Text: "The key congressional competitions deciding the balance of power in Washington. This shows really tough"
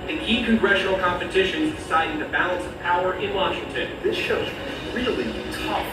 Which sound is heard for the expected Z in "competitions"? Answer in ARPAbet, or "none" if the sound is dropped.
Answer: Z